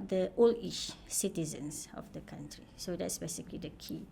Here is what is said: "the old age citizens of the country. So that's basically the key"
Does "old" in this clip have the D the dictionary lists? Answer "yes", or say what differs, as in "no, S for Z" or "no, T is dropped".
no, D is dropped